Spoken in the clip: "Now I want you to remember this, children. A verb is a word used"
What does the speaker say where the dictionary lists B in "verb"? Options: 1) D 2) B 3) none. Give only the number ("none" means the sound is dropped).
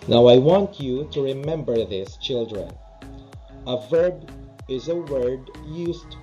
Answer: 2